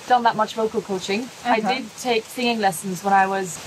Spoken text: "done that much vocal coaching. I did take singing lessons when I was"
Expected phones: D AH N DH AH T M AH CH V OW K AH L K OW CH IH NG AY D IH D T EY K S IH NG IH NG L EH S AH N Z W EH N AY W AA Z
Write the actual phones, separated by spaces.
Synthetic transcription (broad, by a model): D AH N DH AH T M AH CH V OW K AH L K OW CH IH NG AY D IH D T EY K S IH NG IH NG L EH S AH N Z W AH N AY W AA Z